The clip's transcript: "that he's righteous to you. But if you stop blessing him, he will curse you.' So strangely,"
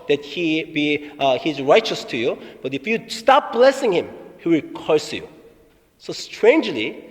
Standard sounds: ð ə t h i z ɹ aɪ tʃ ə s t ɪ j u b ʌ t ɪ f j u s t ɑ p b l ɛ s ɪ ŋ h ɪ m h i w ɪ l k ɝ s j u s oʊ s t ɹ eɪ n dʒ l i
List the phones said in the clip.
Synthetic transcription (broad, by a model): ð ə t h i z ɹ aɪ tʃ ə s t ɪ j u b ʌ t ɪ f j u s t ɑ p b l ɛ s ɪ ŋ h ɪ m h i w ɪ l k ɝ s j u s oʊ s t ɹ eɪ n dʒ l i